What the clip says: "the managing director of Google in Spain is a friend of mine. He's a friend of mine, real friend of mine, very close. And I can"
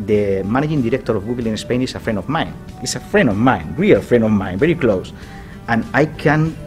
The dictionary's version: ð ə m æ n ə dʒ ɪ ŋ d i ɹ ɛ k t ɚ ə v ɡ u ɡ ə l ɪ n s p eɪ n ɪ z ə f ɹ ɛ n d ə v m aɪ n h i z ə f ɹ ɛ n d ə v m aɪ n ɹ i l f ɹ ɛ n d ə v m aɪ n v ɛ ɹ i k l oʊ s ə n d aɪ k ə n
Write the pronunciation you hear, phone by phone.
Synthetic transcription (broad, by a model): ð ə m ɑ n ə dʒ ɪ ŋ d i ɹ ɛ k t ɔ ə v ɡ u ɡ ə l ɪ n s p eɪ n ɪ s ə f ɹ ɛ n d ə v m aɪ n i s ə f ɹ ɛ n d ə v m aɪ n ɹ i l f ɹ ɛ n d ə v m aɪ n v ɛ ɹ i k l oʊ s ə n aɪ k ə n